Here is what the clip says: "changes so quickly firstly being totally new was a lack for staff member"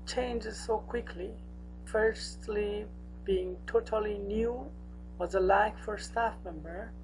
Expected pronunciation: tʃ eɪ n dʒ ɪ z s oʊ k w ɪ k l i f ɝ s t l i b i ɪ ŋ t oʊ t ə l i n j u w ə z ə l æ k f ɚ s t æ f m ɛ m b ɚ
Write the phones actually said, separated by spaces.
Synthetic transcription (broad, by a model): tʃ eɪ n dʒ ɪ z s oʊ k w ɪ k l i f ɝ s t l i b i ɪ ŋ t oʊ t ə l i n j u w ə z ə l æ k f ɚ s t æ f m ɛ m b ɚ